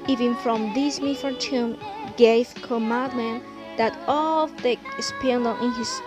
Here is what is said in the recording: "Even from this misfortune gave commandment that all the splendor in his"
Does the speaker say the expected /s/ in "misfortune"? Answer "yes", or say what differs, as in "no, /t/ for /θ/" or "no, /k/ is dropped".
no, /s/ is dropped